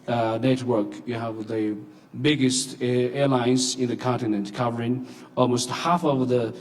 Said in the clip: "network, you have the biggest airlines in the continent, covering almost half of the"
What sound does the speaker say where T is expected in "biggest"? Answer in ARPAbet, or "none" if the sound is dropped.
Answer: T